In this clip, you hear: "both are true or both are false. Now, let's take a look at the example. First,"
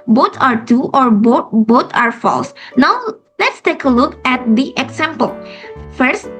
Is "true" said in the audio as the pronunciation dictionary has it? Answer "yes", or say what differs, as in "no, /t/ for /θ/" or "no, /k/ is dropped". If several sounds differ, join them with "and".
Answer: no, /ɹ/ is dropped